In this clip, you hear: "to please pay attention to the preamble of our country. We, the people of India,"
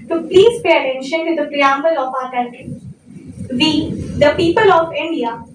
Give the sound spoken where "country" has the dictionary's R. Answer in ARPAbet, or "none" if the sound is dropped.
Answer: none